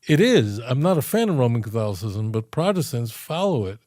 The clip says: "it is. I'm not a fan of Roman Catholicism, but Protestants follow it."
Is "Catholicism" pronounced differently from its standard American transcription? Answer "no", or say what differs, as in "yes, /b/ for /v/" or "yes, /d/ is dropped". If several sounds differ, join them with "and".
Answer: no